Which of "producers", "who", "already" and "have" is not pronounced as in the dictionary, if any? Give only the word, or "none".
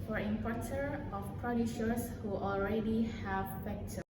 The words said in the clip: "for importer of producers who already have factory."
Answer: producers